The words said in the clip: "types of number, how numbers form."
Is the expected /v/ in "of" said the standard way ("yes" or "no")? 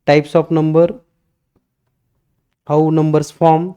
no